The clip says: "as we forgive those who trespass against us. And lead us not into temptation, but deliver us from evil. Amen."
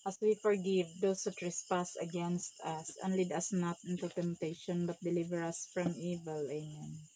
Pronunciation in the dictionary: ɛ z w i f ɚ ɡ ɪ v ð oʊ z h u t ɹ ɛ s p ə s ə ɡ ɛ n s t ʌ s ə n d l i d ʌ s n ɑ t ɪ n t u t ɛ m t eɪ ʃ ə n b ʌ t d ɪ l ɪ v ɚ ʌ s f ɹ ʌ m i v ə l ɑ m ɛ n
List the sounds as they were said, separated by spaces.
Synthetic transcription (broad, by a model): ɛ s w i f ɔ ɡ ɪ v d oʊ s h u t ɹ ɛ s p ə s ə ɡ ɛ n s t ʌ s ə n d l i d ʌ s n ɑ t ɪ n t u t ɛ m t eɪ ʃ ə n b ʌ t d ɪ l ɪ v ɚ ʌ s f ɹ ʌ m i v ə l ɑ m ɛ n